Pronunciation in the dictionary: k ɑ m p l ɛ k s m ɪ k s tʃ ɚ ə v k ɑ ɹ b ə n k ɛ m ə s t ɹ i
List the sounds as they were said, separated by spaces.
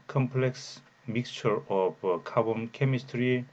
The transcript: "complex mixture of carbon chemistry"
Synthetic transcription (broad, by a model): k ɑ m p l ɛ k s m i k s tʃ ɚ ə p k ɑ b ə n k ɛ m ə s t ɹ i